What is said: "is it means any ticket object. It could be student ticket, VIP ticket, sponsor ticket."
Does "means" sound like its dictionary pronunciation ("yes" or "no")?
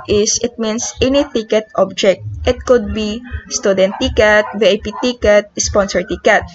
no